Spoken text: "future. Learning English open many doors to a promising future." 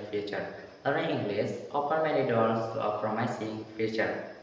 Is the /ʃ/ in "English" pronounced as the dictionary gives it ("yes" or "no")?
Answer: no